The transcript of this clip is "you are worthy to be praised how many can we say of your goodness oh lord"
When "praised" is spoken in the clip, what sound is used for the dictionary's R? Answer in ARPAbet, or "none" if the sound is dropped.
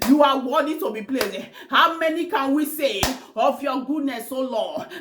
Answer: L